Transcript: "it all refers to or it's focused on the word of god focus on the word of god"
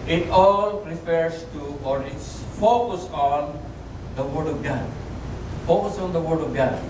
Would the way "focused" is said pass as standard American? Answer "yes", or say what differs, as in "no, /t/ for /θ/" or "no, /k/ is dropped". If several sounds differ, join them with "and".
no, /t/ is dropped